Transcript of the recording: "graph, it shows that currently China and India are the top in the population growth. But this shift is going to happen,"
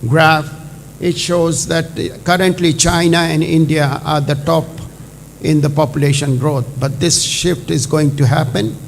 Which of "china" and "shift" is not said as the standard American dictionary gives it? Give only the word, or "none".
none